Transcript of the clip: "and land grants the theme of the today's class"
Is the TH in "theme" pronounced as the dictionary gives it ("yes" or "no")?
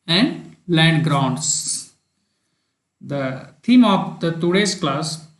no